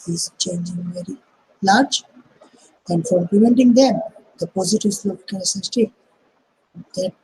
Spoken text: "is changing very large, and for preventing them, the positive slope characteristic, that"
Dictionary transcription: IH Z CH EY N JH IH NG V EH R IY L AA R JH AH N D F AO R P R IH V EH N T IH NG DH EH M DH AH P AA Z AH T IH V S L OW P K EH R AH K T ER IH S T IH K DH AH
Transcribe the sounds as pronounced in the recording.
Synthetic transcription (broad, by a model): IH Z CH EY N JH IH NG V EH R IY L AA R JH AH N D F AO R P L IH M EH N T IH NG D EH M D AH P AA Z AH T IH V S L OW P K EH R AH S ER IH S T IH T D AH